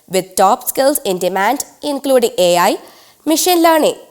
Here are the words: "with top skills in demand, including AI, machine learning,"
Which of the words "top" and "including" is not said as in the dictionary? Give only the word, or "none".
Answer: none